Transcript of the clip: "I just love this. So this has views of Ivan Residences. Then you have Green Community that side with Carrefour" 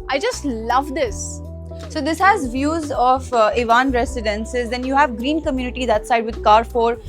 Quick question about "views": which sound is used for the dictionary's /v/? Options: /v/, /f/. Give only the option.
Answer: /v/